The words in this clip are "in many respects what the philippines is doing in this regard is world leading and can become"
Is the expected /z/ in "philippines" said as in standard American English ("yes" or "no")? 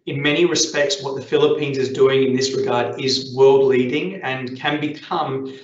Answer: yes